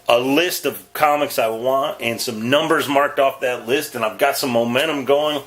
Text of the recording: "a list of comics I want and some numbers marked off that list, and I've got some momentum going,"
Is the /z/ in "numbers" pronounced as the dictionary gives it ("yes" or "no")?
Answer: yes